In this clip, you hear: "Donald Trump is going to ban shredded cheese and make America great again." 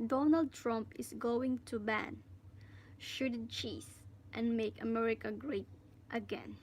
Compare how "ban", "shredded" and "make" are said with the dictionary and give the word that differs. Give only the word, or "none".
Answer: shredded